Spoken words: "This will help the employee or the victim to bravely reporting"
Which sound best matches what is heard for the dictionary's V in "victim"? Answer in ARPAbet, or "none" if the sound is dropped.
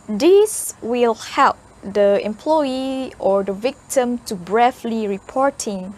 V